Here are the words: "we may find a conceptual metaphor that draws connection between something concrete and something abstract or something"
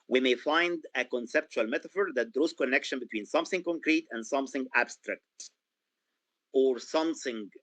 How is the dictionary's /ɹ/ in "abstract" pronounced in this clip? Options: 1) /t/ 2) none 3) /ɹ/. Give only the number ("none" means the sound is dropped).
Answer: 3